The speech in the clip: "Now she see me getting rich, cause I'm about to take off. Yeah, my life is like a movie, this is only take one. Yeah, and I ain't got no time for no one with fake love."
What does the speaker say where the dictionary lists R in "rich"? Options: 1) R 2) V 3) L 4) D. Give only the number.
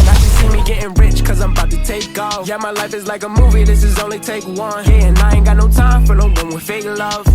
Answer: 1